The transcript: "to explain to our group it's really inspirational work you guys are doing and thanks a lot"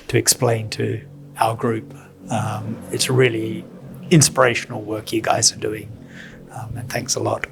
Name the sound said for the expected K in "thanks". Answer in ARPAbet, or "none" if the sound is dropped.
K